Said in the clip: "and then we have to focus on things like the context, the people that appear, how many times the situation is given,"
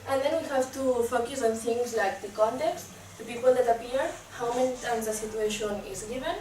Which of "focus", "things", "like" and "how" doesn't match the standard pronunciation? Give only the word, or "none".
things